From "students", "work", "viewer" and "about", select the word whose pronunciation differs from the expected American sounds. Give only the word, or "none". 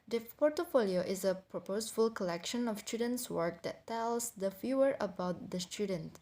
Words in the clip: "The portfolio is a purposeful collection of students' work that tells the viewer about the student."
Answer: viewer